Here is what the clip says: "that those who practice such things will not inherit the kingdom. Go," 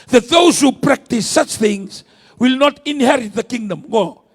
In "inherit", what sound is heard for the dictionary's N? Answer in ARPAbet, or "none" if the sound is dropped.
N